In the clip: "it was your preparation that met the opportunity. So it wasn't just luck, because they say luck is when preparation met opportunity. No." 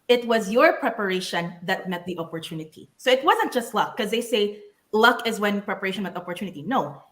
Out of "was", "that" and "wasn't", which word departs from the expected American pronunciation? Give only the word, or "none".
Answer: none